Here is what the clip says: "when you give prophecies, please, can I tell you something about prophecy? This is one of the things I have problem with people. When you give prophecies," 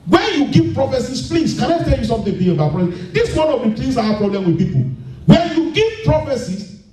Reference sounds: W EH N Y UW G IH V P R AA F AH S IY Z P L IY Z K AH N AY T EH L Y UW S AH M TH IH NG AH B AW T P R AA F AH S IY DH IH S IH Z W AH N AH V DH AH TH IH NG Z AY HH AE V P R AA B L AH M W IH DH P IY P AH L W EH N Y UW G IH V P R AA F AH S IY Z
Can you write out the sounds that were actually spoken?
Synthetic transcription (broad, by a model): W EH N Y UW G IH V P R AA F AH S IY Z P L IY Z K AH N AY T EH L Y UW S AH M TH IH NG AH AW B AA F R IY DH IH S W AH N AH V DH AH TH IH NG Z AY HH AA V P R AA B L AH M W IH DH P IY P AH L W EH N Y UW G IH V P R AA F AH S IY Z